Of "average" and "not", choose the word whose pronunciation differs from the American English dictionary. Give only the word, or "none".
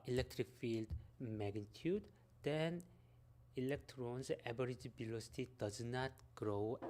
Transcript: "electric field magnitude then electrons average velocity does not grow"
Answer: average